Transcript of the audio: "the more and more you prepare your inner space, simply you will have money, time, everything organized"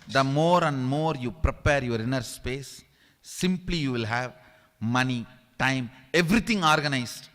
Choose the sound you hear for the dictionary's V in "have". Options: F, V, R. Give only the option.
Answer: V